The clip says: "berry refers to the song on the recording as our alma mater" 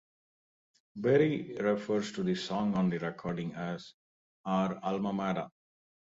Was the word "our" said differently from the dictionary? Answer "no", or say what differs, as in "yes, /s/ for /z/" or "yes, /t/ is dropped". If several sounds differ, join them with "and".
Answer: no